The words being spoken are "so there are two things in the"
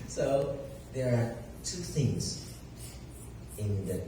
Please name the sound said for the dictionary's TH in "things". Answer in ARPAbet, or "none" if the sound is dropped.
TH